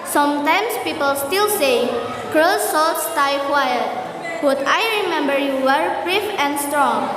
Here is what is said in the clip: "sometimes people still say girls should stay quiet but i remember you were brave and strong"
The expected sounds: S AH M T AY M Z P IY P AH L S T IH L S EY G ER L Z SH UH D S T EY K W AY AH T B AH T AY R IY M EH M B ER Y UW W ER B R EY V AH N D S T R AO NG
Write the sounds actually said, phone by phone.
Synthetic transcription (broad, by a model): S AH M T AY M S P IY P AH L S T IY L S EY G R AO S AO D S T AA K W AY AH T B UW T AY R IY M EH M B ER Y UW W ER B R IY F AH N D S T R AO NG